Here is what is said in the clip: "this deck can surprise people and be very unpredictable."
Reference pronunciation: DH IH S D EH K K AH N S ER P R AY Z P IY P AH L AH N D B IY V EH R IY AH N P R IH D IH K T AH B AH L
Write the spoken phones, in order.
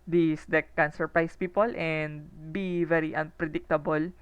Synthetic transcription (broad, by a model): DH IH S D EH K K AH N S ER P R AY S P IY P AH L AH N D B IY V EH R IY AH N P R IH D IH K T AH B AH L